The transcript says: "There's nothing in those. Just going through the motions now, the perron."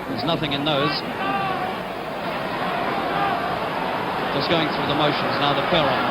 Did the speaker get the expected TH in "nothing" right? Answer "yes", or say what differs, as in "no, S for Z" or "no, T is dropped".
yes